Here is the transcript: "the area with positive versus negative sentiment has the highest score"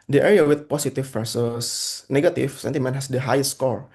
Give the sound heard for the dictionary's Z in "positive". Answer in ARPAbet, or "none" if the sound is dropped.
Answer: S